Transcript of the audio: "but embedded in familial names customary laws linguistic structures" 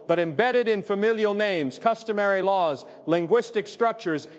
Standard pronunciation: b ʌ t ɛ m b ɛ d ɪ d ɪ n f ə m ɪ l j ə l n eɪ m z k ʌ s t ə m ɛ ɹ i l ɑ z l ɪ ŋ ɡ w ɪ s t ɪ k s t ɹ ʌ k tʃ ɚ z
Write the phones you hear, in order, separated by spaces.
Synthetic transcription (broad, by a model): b ʌ t ɛ m b ɛ d ɪ d ɪ n f ə m ɪ l j ə l n eɪ m z k ʌ s t ə m ɛ ɹ i l ɑ z l ɪ ŋ ɡ w ɪ s t ɪ k s t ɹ ʌ k tʃ ɚ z